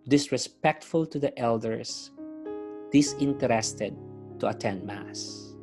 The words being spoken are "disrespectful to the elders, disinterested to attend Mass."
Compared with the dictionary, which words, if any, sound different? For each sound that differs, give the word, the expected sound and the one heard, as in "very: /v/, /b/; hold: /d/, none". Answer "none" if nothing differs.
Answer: elders: /z/, /s/